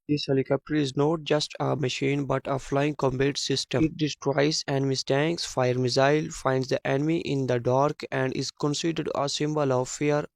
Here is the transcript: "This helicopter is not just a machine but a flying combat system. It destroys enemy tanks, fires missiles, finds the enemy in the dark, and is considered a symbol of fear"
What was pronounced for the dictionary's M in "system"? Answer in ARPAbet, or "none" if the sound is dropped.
none